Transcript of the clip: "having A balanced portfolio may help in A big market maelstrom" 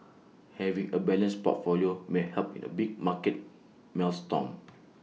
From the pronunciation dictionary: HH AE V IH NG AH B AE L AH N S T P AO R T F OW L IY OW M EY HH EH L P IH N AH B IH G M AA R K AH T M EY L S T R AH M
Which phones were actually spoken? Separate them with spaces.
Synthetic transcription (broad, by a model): HH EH V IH NG AH B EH L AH N S P AO T F OW L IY OW M EY HH EH L P IH N AH B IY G M AA K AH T M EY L S T AH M